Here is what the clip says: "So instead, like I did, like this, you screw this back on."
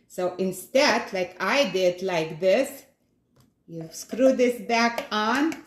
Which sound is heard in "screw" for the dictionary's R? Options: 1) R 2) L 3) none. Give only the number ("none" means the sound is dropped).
1